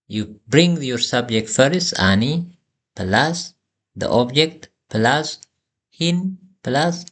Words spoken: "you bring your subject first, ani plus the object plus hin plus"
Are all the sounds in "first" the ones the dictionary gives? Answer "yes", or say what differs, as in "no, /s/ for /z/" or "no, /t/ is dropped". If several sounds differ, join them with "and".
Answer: no, /t/ is dropped